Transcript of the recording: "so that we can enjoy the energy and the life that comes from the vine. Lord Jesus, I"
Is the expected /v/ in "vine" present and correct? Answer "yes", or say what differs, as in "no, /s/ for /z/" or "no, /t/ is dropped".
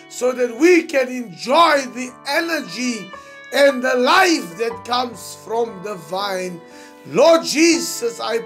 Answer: yes